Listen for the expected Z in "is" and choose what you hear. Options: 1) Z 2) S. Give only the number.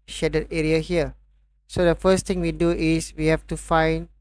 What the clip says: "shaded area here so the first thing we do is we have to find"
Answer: 2